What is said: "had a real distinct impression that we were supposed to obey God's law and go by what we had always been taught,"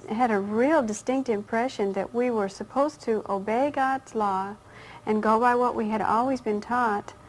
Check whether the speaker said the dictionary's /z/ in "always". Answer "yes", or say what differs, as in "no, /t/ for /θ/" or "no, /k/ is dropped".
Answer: yes